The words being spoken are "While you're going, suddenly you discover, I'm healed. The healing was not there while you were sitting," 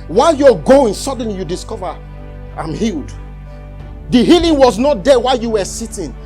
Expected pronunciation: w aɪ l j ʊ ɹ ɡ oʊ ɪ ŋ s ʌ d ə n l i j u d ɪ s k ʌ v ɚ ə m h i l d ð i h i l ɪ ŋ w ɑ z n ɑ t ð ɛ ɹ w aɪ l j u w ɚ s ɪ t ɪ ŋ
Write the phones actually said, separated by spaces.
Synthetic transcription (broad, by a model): w aɪ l j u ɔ ɡ oʊ ɪ ŋ s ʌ d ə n l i j u d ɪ s k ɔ v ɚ ə m h i l d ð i h i l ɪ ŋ w ɑ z n ɑ t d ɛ w aɪ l j u w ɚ s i t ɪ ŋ